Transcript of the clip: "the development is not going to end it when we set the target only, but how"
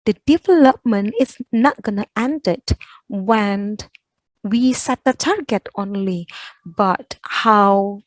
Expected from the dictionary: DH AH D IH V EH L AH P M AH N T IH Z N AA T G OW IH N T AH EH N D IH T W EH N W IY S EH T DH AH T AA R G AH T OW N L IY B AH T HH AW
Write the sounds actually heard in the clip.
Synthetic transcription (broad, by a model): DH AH D IH V EH L AH P M AH N T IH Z N AA T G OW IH N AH EH N D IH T W EH N W IY S EH T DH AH T AA R G AH T OW N L IY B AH T HH AW